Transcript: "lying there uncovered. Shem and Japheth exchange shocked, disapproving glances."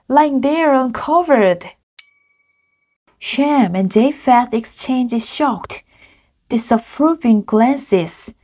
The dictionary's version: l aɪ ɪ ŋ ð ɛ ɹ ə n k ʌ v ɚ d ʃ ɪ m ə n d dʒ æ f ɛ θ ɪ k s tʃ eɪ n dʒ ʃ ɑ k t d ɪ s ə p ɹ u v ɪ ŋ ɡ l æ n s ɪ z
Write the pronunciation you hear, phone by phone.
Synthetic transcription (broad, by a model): l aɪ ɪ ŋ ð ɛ ɹ ə n k ʌ v ɚ d ʃ ɪ m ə n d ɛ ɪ f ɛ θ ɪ k s tʃ eɪ n dʒ ʃ ɑ k t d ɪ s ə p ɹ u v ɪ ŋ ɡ l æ n s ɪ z